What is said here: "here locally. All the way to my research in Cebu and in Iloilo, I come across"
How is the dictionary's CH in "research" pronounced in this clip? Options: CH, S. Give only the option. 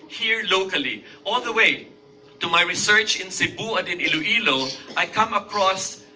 CH